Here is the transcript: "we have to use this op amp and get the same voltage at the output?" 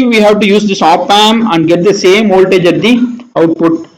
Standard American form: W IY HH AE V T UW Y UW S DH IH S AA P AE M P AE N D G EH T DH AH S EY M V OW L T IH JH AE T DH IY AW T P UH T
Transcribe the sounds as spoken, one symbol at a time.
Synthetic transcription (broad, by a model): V IY HH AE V T UW Y UW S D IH S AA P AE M AE N D G EH T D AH S EY M OW L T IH JH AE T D IY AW T P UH T